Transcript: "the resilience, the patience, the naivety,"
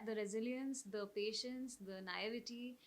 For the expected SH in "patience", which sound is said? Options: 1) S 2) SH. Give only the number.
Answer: 2